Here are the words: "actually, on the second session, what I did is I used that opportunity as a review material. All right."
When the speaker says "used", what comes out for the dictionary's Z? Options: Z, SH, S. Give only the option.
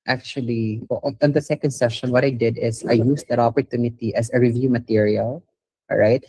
S